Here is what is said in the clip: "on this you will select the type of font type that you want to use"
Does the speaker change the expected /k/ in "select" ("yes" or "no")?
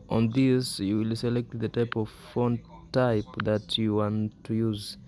no